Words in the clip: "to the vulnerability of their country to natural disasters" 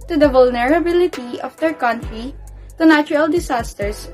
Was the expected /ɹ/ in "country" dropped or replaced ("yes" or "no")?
no